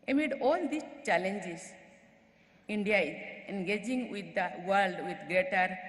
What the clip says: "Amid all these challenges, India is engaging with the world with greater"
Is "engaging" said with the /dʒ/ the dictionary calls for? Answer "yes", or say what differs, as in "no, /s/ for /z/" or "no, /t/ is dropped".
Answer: yes